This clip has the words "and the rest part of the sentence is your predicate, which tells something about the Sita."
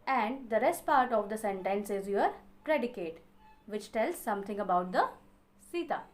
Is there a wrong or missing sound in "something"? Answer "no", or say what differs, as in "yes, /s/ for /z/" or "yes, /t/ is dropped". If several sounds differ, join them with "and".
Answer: yes, /t/ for /θ/